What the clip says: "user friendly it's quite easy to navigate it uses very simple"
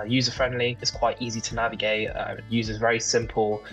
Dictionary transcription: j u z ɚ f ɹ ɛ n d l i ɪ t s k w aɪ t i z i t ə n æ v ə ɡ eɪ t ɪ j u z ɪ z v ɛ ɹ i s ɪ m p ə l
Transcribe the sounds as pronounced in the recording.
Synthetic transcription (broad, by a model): j u z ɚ f ɹ ɛ n d l i ɪ t s k w aɪ t i z i t ə n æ v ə ɡ eɪ t ɪ j u z ɪ z v ɛ ɹ i s ɪ m p ə l